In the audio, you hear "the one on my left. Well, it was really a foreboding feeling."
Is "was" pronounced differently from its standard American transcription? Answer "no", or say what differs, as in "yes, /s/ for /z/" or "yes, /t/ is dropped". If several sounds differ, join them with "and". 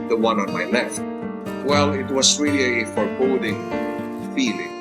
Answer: yes, /s/ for /z/